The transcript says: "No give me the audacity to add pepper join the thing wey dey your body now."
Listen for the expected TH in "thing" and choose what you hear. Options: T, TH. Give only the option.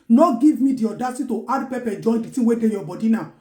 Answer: T